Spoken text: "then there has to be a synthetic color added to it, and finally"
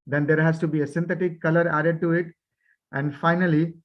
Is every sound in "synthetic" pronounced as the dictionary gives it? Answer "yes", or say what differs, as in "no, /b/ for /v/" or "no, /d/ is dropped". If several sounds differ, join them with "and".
no, /t/ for /θ/